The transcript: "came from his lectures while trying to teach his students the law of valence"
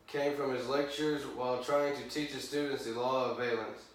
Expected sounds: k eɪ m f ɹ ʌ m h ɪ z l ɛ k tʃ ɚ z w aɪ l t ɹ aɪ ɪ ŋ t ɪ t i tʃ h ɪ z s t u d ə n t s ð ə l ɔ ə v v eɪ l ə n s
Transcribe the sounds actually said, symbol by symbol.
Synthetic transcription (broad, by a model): k eɪ m f ɹ ʌ m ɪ z l ɛ k tʃ ɚ z w aɪ l t ɹ aɪ ɪ ŋ t ɪ t i tʃ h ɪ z s t u d n t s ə l ɔ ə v v eɪ l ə n s